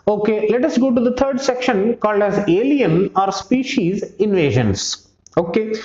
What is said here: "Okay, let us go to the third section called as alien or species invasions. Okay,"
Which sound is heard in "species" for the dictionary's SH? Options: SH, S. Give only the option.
SH